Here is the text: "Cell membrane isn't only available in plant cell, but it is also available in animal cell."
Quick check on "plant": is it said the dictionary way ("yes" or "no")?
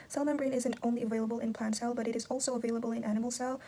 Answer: yes